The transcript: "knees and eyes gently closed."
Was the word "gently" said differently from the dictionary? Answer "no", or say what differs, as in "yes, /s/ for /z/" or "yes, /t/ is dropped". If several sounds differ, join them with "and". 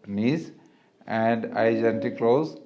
yes, /l/ is dropped